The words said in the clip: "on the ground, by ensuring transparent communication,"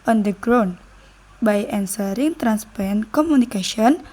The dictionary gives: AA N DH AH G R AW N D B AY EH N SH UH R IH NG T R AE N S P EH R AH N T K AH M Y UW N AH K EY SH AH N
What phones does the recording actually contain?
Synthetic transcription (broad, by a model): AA N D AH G R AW N B AY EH N S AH R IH NG T R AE N S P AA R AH N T K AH M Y UW N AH K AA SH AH N